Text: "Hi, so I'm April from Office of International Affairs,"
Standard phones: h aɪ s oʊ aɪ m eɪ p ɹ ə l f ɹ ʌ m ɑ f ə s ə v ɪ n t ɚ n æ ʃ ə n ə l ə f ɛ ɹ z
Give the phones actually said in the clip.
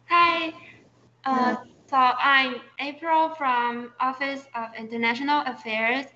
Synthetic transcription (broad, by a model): h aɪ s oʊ aɪ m eɪ p ɹ ə l f ɹ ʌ m ɑ f ə s ə v ɪ n t ɚ n æ ʃ ə n ə l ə f ɛ ɹ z